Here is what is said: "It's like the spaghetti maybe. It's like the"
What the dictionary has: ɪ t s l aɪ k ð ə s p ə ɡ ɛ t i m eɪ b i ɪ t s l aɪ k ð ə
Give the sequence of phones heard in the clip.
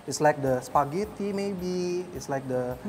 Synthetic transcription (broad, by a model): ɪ t s l aɪ k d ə s p ə ɡ ɛ t i m eɪ b i ɪ t s l aɪ k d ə